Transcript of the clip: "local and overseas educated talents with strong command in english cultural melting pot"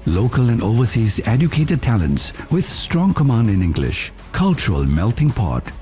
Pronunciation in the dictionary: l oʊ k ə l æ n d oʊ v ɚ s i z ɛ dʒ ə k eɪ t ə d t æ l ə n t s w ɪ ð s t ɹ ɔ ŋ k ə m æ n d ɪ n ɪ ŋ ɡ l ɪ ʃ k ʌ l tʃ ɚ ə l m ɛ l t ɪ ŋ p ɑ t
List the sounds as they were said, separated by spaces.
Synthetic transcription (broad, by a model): l oʊ k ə l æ n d oʊ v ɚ s i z ɛ dʒ ə k eɪ t ə d t æ l ə n t s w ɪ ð s t ɹ ɔ ŋ k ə m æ n d ɪ n ɪ ŋ ɡ l ɪ ʃ k ʌ l tʃ ɚ ə l m ɛ l t ɪ ŋ p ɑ t